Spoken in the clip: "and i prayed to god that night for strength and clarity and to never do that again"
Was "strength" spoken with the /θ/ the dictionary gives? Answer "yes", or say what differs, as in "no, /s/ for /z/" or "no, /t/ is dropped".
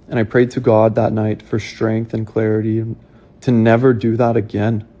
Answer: yes